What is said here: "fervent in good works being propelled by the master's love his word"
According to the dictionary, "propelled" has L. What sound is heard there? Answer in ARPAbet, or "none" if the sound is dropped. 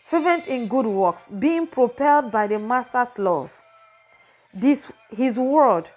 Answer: L